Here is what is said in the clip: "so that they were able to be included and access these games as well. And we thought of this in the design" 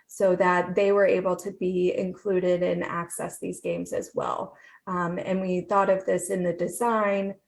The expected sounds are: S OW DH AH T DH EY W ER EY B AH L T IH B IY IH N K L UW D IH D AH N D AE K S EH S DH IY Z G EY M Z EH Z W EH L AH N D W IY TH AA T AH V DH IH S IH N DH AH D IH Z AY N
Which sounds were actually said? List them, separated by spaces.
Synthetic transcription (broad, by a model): S OW DH AH T DH EY W ER EY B L T IH B IY IH N K L UW D IH D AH N AE K S EH S DH IY Z G EY M Z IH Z W EH L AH N W IY TH AA T AH V DH IH S IH N DH AH D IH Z AY N